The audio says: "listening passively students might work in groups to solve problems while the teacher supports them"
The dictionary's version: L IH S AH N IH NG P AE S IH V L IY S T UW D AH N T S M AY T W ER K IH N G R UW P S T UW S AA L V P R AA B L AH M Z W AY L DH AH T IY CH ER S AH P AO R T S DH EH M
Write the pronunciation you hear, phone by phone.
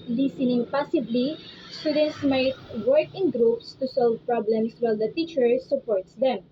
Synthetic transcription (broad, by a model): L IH S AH N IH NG P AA S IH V L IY S T UW D AH N T S M AY T W ER K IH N G R UW P S T UW S AA L V P R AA B L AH M S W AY L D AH T IY CH ER S AH P AO R T S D EH M